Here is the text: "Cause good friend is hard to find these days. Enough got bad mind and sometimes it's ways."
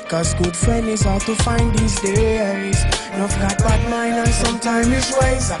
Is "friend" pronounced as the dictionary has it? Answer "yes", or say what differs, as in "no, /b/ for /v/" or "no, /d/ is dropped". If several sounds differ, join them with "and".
no, /d/ is dropped